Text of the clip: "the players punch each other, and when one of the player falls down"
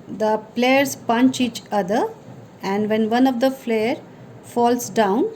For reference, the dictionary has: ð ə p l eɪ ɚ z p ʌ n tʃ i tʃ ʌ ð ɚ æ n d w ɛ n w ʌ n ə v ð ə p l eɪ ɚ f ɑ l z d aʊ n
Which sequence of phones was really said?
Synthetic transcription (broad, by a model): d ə p l eɪ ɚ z p ʌ n tʃ i tʃ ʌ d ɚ æ n d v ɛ n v ʌ n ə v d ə f l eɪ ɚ f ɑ l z d aʊ n